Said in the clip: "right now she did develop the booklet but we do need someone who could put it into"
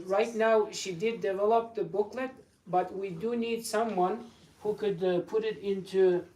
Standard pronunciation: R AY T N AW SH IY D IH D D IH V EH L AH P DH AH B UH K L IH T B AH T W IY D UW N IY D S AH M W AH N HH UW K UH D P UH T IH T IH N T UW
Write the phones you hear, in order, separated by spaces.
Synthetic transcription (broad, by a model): R AY T N AW SH IY D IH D D IH V EH L AH P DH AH B UH K L IH T B AH T W IY D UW N IY D S AH M W AH N HH UW K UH D P UH T IH T IH N T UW